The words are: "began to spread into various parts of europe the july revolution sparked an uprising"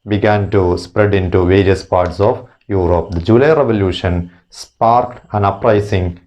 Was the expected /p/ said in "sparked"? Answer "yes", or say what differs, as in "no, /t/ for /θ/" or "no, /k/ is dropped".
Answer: yes